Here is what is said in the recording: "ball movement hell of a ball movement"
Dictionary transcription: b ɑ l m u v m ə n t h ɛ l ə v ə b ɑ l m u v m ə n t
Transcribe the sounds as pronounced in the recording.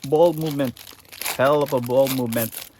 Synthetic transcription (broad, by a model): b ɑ l m u v m ə n t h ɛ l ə p ə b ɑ l m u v m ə n t